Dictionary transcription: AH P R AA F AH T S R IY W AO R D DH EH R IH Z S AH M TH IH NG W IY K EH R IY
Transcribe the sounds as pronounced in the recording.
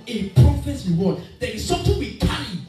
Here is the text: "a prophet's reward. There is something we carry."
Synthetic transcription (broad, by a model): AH P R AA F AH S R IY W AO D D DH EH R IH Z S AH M T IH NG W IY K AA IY